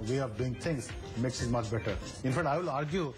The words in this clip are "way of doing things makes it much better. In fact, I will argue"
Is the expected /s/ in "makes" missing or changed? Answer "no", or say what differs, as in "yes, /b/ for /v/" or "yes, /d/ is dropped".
no